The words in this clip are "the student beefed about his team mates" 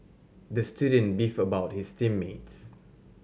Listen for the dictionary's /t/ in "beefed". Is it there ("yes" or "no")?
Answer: no